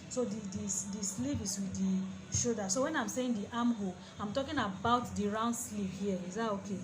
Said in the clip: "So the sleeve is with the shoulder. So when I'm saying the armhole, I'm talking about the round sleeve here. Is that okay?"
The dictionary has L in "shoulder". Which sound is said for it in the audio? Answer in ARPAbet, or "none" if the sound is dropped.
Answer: none